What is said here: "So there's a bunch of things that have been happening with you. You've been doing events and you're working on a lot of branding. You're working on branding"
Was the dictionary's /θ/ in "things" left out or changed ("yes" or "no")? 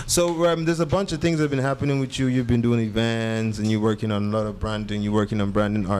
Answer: no